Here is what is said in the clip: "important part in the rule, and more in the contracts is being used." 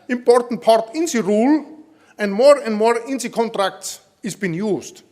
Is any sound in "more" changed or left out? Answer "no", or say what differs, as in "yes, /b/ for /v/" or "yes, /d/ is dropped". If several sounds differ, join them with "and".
no